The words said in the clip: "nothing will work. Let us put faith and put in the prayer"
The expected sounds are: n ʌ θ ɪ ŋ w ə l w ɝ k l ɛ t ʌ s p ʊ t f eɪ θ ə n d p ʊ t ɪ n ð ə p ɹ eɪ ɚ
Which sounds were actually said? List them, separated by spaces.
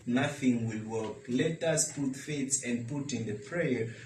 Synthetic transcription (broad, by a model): n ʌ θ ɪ ŋ w ə l w ɝ k l ɛ t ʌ s p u t f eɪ s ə n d p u t ɪ n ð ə p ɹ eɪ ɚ